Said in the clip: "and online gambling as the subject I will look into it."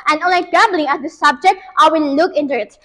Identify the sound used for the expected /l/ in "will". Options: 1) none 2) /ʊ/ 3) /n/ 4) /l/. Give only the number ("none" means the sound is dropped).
3